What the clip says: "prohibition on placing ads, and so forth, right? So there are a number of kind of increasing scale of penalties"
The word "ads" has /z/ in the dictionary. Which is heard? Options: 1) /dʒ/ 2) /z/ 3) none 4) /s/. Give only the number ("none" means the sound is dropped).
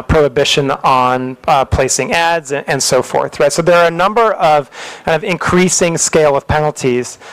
2